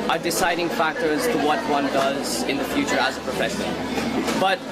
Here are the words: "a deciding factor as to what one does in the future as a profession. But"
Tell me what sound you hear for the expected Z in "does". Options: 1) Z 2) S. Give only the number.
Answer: 1